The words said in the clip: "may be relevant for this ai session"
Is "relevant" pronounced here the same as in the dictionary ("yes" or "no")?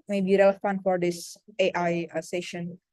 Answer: no